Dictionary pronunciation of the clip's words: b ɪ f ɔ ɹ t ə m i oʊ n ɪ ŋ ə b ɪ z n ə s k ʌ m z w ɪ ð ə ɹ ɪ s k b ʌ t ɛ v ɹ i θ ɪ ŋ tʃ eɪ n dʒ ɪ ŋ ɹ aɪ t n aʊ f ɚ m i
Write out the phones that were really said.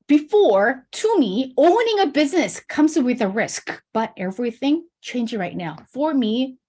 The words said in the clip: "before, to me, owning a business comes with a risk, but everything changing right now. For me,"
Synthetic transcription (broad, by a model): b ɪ f ɔ ɹ t ə m i oʊ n ɪ ŋ ə b ɪ z n ə s k ʌ m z w ɪ ð ə ɹ ɪ s k b ʌ t ɛ v ɹ i θ ɪ ŋ tʃ eɪ n dʒ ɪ ɹ aɪ t n aʊ f ɚ m i